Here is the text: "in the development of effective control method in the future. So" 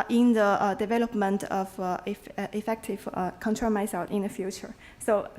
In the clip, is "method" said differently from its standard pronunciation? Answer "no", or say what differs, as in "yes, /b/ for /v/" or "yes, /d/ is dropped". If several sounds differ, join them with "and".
yes, /s/ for /θ/